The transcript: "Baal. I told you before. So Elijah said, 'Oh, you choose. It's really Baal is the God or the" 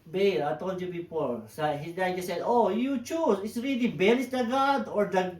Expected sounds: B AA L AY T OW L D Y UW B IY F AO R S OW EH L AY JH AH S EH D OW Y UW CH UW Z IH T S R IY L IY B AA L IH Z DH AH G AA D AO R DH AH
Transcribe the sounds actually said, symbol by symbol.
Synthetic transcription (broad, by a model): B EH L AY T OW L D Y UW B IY P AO R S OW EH N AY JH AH S EH D OW Y UW CH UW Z IH T S R IY L IY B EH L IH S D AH G AA D AO R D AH